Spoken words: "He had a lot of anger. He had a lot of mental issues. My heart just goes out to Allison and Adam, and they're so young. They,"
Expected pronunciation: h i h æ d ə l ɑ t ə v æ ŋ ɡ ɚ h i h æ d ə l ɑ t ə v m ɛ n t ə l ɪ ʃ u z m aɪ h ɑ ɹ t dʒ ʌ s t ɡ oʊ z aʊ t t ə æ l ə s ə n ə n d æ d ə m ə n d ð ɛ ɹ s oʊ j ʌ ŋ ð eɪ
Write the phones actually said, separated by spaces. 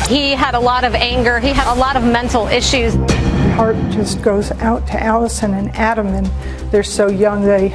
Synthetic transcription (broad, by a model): h i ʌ d ə l ɑ t ə v æ ŋ ɡ ɚ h i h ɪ d ə l ɑ t ə v m ɛ n t l ɪ ʃ u z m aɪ h ɑ ɹ t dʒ ʌ s ɡ oʊ z aʊ t t æ l ə s ə n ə n æ d ə m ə n ð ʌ ɹ s oʊ j ʌ ŋ ð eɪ